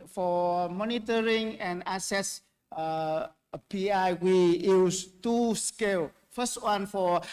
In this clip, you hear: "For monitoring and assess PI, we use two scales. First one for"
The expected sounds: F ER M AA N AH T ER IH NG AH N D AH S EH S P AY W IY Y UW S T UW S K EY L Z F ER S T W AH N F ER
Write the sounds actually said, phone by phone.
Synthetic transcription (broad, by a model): F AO M AA N AH T ER IH NG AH N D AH S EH S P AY W IY Y UW S T UW S K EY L F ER S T W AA N F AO